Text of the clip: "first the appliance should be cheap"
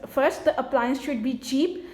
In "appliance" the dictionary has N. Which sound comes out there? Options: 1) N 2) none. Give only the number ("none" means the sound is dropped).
1